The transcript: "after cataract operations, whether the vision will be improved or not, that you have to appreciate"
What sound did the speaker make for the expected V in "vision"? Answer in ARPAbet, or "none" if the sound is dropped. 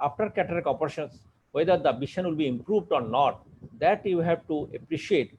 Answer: B